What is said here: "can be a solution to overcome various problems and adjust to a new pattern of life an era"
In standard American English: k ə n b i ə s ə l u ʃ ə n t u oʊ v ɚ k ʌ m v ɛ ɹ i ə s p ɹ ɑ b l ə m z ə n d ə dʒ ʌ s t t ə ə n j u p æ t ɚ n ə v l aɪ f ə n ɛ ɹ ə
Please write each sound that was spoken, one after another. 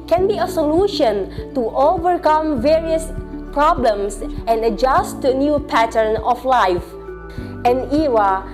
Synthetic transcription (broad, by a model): k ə n b i ə s ə l u ʃ ə n t u oʊ v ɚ k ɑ m v ɛ ɹ i ə s p ɹ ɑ b l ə m s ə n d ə dʒ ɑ s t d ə ə n j u p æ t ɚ n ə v l aɪ f ə n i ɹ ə